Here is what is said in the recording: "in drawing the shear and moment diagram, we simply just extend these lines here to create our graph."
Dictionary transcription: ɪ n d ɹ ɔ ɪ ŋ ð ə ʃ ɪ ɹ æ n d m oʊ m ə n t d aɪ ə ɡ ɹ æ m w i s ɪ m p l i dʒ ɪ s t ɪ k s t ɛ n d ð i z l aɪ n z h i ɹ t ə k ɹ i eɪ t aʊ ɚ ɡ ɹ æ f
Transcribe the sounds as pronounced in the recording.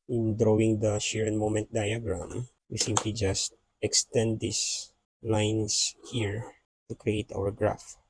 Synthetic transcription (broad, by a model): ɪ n d ɹ ɔ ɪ ŋ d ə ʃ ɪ ɹ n m oʊ m ə n t d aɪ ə ɡ ɹ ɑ m w i s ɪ m p l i dʒ ɪ s t ɪ k s t ɛ n d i s l aɪ n s h i ɹ t ə k ɹ i eɪ t aʊ ɚ ɡ ɹ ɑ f